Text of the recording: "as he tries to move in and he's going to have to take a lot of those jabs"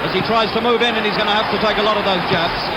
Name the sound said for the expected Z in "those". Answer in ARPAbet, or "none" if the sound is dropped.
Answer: Z